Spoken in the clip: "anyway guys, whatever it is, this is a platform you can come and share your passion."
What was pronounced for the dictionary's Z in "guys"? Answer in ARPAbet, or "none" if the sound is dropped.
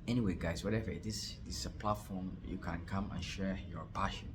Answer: S